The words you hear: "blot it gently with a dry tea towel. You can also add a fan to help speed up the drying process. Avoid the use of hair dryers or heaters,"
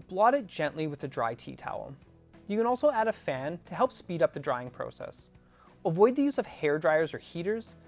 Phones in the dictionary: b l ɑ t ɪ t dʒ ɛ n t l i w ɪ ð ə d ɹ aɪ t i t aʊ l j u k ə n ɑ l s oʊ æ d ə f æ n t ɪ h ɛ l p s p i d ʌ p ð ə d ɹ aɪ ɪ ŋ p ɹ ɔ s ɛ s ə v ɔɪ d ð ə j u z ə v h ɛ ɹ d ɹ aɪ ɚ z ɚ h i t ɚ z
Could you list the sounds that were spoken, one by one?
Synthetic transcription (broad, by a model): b l ɑ t ɪ t dʒ ɛ n t l i w ɪ ð ə d ɹ aɪ t i t aʊ l j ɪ k ə n ɑ l s oʊ æ d ə f æ n t ɪ h ɛ l p s p i d ʌ p ð ə d ɹ aɪ ɪ ŋ p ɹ ɔ s ɛ s ə v ɔɪ d ð ə j u z ə v h ɛ ɹ d ɹ aɪ ɚ z ɚ h i t ɚ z